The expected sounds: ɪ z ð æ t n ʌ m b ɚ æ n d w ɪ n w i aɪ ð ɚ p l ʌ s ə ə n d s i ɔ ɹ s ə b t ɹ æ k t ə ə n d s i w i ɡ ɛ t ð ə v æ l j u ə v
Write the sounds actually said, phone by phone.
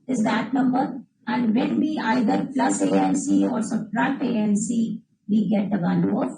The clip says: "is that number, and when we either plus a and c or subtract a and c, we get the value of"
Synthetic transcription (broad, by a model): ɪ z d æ t n ʌ m b ɚ æ n d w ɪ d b i aɪ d ɚ p l ʌ s ə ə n s i ɔ ɹ s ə t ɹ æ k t ə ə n s i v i ɡ ɛ t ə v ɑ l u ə